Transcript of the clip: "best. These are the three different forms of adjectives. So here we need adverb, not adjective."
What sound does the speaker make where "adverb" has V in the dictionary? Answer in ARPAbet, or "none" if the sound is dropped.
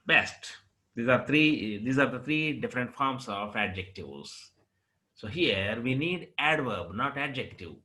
V